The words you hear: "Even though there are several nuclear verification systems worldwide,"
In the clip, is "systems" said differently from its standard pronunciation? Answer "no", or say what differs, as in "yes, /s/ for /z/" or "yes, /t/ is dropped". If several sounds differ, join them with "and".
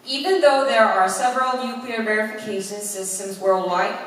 no